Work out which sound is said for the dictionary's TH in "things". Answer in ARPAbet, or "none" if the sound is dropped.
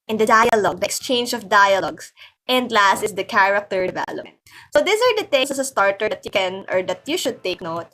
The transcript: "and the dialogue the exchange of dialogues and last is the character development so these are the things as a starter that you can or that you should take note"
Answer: T